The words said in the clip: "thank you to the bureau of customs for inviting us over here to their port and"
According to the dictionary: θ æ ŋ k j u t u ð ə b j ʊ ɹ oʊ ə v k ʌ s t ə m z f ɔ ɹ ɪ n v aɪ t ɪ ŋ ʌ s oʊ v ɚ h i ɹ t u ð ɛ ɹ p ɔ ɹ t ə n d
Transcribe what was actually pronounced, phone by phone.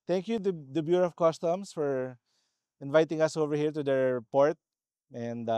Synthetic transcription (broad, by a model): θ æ ŋ k j u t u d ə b j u ɹ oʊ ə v k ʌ s t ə m s f ɔ ɹ ɪ n v aɪ t ɪ ŋ ʌ s oʊ v ɚ h i ɹ t u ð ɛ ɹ p ɔ ɹ t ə n d